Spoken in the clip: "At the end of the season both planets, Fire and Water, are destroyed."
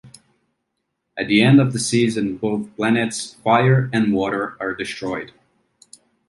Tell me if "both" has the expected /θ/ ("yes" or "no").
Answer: yes